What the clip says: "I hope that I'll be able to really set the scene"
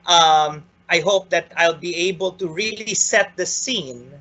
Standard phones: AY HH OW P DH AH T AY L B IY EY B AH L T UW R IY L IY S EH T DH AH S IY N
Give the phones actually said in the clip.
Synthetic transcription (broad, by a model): AY HH OW P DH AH T AY L B IY EY B AH L T UW R IY L IY S EH T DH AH S IY N